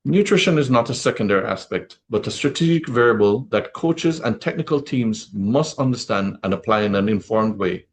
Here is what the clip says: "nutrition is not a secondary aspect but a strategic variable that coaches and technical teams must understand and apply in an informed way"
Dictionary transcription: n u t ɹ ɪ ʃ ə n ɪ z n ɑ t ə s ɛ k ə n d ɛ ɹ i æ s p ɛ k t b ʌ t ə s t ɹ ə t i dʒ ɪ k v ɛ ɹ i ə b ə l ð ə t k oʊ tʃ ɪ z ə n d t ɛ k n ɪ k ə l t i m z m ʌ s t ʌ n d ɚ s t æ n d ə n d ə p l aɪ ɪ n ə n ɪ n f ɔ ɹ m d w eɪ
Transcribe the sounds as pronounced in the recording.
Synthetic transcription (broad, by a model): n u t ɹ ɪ ʃ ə n ɪ z n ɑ t ə s ɛ k ə n d ɛ ɹ i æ s p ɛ k t b ʌ t ə s t ɹ ə t i dʒ ɪ k v ɛ ɹ i ə b ə l ð ə t k oʊ tʃ ɪ z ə n t ɛ k n ɪ k ə l t i m z m ʌ s t ʌ n d ɚ s t æ n d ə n ə p l aɪ ɪ n ə n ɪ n f ɔ ɹ m d w eɪ